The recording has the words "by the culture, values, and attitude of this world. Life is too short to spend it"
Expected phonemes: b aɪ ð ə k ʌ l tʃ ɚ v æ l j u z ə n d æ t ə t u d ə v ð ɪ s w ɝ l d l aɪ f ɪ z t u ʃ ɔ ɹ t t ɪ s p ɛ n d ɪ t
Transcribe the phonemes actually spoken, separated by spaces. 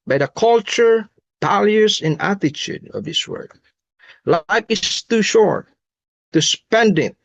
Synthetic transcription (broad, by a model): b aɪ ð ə k ʌ l tʃ ɚ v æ l j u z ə n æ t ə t u d ə v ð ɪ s w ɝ d l aɪ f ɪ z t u ʃ ɔ ɹ t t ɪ s p ɛ n d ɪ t